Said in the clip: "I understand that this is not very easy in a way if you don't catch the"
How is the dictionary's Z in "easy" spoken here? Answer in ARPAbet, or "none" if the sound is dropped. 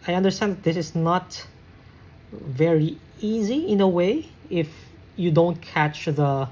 Z